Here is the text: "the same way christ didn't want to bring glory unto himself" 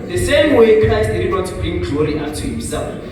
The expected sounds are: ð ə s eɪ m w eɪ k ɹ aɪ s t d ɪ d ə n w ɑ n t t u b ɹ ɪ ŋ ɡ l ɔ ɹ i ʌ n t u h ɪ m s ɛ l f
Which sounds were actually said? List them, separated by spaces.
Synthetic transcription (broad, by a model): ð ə s eɪ m w eɪ k ɹ aɪ s t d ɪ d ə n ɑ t t u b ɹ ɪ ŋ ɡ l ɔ ɹ i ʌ t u h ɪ m s ɛ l f